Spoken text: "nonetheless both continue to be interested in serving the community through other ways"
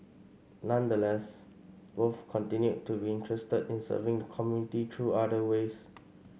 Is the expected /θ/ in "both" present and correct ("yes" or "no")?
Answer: no